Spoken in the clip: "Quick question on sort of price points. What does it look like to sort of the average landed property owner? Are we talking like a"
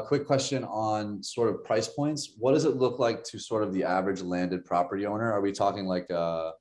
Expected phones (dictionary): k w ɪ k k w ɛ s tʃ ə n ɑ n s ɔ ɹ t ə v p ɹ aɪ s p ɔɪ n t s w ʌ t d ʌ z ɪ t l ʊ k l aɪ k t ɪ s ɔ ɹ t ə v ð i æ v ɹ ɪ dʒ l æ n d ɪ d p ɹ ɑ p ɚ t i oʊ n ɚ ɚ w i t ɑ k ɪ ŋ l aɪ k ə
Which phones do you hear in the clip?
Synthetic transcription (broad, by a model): k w ɪ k k w ɛ s tʃ ə n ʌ n s ɔ ɹ t ə v p ɹ aɪ s p ɔɪ n t s w ʌ t d ʌ z ɪ t l ʊ k l aɪ k t ɪ s ɔ ɹ t ə v ð i æ v ɹ ɪ dʒ l æ n d ɪ d p ɹ ɑ p ɚ t i oʊ n ɚ ɚ w i t ɑ k ɪ ŋ l aɪ k ə